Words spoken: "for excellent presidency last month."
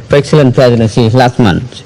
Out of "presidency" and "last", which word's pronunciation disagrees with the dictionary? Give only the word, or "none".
presidency